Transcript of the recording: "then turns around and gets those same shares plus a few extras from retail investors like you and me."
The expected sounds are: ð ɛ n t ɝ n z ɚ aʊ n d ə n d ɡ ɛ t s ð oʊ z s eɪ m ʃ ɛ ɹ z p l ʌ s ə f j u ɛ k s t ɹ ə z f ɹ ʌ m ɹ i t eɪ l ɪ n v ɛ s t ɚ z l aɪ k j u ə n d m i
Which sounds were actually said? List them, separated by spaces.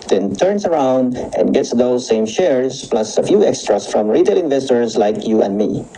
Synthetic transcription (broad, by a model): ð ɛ n t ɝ n s ɚ aʊ n d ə n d ɡ ɛ t s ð oʊ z s eɪ m ʃ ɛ ɹ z p l ʌ s ə f j u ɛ k s t ɹ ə s f ɹ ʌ m ɹ i t eɪ l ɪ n v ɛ s t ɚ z l aɪ k j u ə n d m i